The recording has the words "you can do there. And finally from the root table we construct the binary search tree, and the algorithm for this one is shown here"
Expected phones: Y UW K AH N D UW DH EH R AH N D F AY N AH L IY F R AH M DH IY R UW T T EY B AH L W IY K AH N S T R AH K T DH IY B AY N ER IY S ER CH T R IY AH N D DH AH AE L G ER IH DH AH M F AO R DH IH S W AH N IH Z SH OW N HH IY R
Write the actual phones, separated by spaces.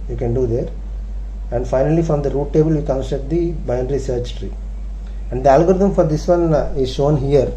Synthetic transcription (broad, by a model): Y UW K AH N D UW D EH R AH N D F AY N AH L IY F R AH M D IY R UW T T EY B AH L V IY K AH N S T AH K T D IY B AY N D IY S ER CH T R IY AH N D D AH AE L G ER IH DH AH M F AO R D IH S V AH N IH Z SH OW N HH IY R